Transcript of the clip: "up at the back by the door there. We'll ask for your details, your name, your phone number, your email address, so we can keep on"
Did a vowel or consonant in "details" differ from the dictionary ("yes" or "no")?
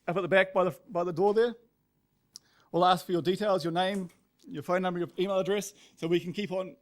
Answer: no